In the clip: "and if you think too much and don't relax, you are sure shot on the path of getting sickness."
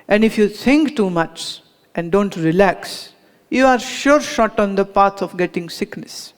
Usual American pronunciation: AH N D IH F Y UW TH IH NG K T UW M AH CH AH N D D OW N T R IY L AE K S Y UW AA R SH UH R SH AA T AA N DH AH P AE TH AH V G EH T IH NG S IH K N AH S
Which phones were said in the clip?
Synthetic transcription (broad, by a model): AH N D IH F Y UW T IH NG K T UW M AH CH AH N D D OW N T R IY L AE K S Y UW AA R SH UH R SH AA T AA N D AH P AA S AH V G EH T IH NG S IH K N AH S